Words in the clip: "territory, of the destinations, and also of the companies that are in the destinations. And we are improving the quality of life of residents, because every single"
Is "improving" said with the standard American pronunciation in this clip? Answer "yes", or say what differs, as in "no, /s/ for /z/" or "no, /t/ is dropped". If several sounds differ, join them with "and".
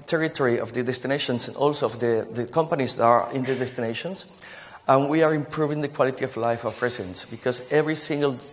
yes